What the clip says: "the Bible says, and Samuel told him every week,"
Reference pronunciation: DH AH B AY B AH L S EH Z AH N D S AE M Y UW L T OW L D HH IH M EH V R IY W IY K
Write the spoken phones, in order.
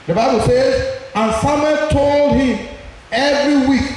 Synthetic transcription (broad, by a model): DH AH B AY B AH L S EH Z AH N S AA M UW T OW L D HH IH M EH V R IY W IY K